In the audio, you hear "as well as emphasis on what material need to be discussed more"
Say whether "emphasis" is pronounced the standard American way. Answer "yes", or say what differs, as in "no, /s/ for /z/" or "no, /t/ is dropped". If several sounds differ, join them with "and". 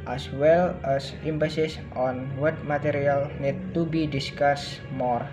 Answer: no, /p/ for /f/